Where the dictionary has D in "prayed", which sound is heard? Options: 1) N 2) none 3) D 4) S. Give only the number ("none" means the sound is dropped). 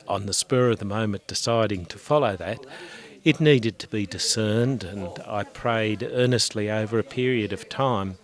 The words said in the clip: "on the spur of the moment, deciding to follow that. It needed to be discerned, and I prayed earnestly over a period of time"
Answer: 3